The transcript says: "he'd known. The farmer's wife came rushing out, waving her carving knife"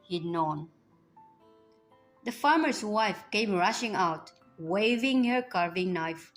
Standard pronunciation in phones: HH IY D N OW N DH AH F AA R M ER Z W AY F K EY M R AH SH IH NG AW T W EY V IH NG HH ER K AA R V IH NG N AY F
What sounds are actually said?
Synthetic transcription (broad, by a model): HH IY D N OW N DH AH F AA R M ER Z W AY F K EY M R AH SH IH NG AW T W EY V IH NG HH ER K AA R V IH NG N AY F